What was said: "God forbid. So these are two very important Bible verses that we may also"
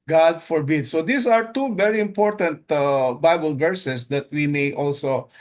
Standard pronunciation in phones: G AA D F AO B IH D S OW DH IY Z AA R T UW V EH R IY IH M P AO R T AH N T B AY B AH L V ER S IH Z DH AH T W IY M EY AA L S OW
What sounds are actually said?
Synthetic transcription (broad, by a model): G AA D F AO B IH D S OW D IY S AA R T UW V EH R IY IH M P AO R T AH N T B AY B AH L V ER S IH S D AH T W IY M EY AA L S OW